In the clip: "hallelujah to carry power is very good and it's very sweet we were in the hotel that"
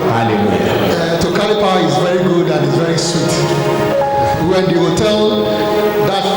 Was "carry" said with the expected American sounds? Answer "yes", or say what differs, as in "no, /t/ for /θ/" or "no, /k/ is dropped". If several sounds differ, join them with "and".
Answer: no, /l/ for /ɹ/